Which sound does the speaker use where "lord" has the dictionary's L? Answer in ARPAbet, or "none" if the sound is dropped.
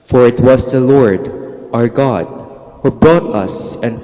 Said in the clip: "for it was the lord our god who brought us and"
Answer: L